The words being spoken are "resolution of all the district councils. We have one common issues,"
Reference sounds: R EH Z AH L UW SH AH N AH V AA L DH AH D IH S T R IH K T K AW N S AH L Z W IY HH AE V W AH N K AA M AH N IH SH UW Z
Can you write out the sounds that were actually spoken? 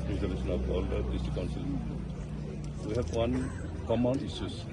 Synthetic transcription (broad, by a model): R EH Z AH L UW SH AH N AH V AA L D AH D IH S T IH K K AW N S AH L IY W IY HH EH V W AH N K AA M AH N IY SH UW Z